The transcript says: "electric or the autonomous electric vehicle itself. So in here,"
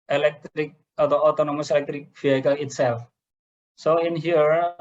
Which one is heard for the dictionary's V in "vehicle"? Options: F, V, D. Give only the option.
F